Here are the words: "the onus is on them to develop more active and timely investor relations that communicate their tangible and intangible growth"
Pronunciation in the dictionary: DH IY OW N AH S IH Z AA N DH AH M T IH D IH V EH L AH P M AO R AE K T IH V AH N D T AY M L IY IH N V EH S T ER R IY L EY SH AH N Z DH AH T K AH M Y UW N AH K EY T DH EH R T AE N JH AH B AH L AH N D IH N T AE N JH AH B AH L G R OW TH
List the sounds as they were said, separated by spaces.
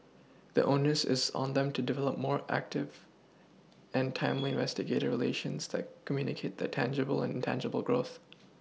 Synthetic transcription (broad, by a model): DH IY OW N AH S IH Z N DH AH M T IH D IH V EH L AH P M AO R AE K T IH V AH N T AY M L IY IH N V EH S T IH R IY L EY SH AH N Z DH AH T K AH M Y UW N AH K EY T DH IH T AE N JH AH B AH L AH N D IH N T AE N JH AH B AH L G R OW TH